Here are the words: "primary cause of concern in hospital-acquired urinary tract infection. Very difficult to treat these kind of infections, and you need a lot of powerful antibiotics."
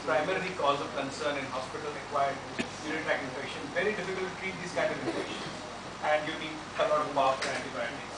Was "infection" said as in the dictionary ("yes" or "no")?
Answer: no